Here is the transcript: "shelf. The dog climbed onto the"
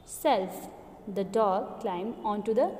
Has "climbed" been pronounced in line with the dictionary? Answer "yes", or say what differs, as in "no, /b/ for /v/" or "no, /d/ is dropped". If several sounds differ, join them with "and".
no, /d/ is dropped